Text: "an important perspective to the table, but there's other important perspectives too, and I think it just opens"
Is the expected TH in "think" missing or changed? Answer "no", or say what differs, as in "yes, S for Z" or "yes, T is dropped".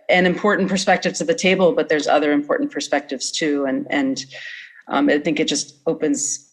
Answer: no